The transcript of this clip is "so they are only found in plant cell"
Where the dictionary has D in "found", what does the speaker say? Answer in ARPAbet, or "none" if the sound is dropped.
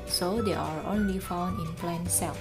none